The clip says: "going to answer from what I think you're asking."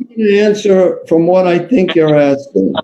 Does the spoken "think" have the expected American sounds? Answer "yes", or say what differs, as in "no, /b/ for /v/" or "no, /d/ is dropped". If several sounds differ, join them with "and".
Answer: yes